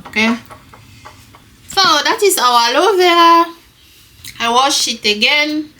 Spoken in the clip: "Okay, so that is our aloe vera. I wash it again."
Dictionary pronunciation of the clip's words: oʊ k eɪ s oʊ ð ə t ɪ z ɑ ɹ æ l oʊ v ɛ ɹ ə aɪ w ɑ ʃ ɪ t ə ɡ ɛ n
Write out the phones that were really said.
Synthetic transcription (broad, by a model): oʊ k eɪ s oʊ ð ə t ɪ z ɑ w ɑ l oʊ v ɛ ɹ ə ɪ w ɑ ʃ ɪ t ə ɡ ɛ n